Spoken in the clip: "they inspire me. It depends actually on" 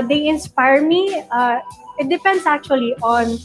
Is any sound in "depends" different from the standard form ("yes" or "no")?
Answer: yes